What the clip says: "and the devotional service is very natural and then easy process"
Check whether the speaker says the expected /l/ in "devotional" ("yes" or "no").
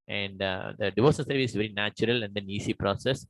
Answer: no